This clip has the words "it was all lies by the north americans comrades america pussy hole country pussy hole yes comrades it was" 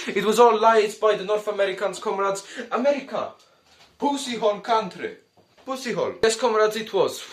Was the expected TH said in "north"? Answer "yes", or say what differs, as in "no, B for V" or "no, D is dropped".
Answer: yes